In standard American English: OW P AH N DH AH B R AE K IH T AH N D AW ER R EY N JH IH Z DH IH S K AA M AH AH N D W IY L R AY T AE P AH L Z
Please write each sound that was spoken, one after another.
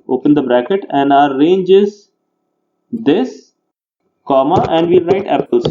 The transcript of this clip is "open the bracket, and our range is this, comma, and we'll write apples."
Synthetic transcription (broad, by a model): OW P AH N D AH B R AE K IH T AH N D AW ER R EY N JH IH Z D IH S K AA M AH AH N D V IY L R AY T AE P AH L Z